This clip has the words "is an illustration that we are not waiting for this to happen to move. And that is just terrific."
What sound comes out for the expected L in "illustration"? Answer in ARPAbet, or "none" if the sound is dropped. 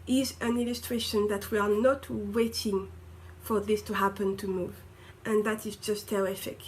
L